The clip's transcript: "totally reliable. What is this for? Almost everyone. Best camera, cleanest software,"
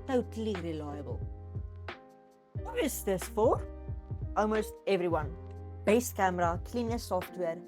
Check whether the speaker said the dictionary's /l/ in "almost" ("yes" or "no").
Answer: no